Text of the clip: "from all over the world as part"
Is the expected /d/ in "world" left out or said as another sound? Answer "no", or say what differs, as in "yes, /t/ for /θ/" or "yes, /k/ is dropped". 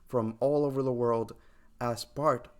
no